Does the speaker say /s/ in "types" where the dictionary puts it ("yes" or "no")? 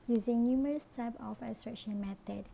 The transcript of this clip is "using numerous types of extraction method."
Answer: no